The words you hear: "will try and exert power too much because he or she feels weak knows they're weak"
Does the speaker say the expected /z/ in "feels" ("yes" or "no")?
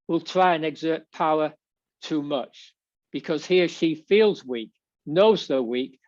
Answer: yes